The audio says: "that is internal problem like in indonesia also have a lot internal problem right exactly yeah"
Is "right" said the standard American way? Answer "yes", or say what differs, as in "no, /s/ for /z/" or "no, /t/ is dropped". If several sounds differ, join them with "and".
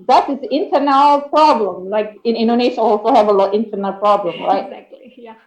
no, /t/ is dropped